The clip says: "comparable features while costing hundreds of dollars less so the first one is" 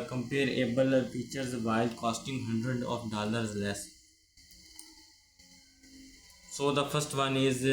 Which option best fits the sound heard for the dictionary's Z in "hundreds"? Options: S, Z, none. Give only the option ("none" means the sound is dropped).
none